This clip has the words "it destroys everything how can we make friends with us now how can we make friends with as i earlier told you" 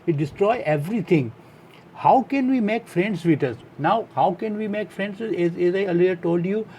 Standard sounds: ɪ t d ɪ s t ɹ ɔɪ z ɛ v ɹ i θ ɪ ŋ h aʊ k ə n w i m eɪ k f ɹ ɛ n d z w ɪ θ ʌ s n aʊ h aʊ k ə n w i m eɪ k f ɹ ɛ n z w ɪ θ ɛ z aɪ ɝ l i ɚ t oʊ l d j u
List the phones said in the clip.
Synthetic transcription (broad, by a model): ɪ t d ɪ s t ɹ ɔɪ ɛ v ɹ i t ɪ ŋ h aʊ k ə n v i m eɪ k f ɹ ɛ n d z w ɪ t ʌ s n aʊ h aʊ k ə n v i m eɪ k f ɹ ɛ n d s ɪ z ɛ z aɪ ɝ l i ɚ t oʊ l d j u